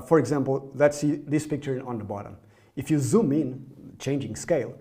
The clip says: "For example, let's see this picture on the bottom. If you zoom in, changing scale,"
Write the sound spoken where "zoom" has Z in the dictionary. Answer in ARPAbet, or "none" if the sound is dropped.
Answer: Z